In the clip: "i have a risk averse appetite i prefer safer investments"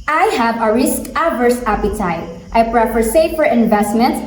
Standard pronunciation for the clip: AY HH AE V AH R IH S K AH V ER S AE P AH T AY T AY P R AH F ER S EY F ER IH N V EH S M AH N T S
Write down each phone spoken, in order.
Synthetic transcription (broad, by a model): AY HH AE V AH R IH S K AH V ER S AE P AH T AY T AY P R AH F ER S EY F ER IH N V EH S M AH N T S